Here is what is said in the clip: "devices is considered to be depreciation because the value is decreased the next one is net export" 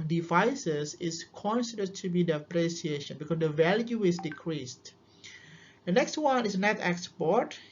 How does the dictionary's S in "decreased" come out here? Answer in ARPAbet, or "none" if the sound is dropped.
S